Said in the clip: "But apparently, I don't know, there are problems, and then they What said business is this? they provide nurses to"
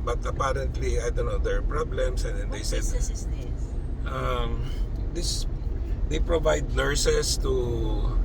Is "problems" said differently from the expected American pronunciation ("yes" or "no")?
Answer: yes